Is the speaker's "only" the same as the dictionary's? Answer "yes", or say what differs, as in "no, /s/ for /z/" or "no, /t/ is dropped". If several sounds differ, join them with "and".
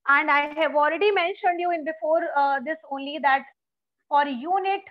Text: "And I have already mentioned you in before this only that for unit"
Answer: yes